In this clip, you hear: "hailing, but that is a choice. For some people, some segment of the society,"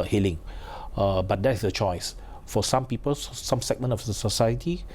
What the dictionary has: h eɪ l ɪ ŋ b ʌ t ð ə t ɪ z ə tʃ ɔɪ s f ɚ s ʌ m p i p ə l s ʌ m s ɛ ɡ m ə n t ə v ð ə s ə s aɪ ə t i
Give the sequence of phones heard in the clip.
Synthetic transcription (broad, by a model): h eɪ l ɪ ŋ b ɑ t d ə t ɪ s ə tʃ ɔɪ s f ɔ s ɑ m p i p ə l s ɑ m s ɛ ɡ m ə n ə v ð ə s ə s aɪ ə t i